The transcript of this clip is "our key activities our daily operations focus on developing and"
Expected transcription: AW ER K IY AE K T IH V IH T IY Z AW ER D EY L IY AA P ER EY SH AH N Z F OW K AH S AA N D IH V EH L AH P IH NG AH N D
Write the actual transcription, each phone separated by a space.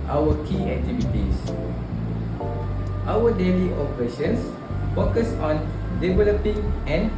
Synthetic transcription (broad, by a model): AW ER K IY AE K T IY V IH T IY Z AW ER D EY L IY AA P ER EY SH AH N S F OW K AH S AA N D IH V EH L AH P IH NG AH N